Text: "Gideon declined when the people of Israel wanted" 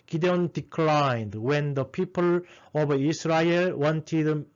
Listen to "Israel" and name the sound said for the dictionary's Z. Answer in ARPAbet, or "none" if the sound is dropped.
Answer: S